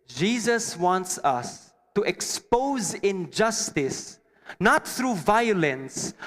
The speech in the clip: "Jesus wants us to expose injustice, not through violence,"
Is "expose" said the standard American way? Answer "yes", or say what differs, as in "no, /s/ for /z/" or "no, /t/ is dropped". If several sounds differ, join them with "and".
yes